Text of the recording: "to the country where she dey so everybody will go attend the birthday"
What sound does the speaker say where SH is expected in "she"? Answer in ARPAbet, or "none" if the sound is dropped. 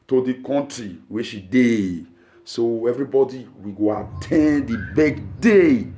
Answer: SH